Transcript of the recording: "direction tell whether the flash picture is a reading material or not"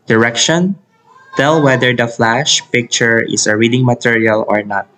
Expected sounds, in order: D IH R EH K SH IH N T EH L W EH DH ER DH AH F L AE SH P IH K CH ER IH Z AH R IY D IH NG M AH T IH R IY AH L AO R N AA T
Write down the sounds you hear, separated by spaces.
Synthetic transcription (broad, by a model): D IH R EH K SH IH N T EH L W EH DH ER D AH F L AE SH P IH K CH ER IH S AH R IY D IH NG M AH T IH R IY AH L AO R N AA T